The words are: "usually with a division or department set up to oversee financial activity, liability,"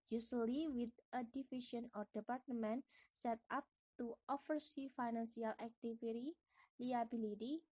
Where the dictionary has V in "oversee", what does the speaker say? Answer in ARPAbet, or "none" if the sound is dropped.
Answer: F